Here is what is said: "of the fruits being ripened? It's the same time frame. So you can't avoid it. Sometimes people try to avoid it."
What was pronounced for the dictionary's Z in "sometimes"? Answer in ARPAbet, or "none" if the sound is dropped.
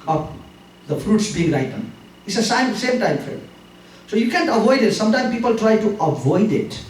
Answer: none